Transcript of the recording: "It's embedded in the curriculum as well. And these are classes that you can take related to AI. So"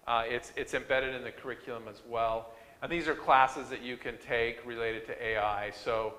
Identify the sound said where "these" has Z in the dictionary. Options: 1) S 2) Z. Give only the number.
2